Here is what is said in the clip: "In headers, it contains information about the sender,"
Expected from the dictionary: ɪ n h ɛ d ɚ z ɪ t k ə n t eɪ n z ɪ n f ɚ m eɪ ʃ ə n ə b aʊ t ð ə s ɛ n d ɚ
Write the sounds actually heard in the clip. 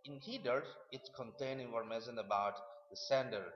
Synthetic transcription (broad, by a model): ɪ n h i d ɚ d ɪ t k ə n t eɪ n ɪ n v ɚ m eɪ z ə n ə b aʊ t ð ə s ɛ n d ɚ